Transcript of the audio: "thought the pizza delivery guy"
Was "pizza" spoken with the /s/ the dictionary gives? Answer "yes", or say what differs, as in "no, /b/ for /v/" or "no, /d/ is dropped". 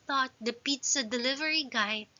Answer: yes